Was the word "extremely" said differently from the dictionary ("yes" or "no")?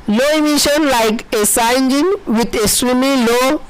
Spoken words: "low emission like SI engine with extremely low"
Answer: yes